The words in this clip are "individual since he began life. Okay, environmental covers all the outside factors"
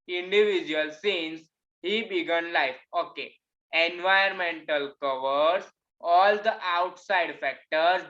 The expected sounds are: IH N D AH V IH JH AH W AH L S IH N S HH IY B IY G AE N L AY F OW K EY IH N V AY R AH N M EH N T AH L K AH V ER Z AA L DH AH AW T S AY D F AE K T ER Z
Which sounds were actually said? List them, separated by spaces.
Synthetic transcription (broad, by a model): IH N D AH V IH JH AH AH L S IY N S HH IY B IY G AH N L AY F OW K EY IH N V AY AH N M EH N T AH L K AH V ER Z AA L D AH AW T S AY D F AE K T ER